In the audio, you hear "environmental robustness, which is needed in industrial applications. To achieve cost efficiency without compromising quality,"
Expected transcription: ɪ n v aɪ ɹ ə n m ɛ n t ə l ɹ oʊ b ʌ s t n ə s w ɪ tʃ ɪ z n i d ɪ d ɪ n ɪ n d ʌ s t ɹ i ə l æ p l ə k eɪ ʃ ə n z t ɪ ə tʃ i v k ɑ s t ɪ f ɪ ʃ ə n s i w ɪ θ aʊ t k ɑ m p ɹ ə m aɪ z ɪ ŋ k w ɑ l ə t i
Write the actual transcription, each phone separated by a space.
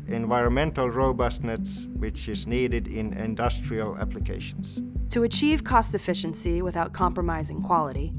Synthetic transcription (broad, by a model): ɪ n v aɪ ɹ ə n m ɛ n t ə l ɹ oʊ b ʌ s t n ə s w ɪ tʃ ɪ z n i d ɪ d ɪ n ɪ n d ʌ s t ɹ i ə l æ p l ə k eɪ ʃ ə n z t ɪ ə tʃ i v k ɑ s t ɪ f ɪ ʃ ə n s i w ɪ θ aʊ t k ɑ m p ɹ ə m aɪ z ɪ ŋ k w ɑ l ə t i